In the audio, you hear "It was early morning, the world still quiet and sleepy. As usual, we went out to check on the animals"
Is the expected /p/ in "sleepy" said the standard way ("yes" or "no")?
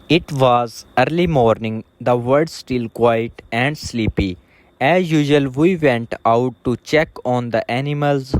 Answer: yes